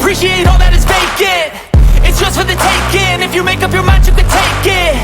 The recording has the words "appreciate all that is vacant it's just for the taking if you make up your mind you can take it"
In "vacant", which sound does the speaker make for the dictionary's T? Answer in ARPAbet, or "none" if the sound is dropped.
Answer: none